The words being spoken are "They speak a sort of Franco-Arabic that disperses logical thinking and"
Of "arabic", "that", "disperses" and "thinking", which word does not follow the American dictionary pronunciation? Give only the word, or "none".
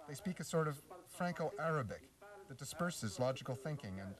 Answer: none